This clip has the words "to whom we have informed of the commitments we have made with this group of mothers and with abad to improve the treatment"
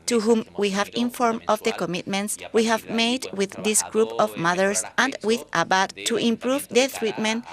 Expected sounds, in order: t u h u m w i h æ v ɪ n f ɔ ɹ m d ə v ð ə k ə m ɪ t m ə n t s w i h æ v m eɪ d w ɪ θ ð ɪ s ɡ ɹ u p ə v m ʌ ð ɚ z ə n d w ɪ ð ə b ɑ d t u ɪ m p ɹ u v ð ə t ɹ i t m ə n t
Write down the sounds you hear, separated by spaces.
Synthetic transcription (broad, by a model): t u h u m w i h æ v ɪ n f ɔ ɹ m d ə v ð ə k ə m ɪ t m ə n t s w i h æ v m eɪ d w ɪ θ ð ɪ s ɡ ɹ u p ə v m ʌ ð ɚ s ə n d w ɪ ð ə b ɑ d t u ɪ m p ɹ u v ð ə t ɹ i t m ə n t